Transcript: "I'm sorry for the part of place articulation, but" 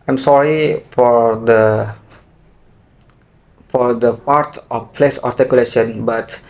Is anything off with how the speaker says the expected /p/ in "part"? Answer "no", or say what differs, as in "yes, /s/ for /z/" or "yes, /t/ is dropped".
yes, /f/ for /p/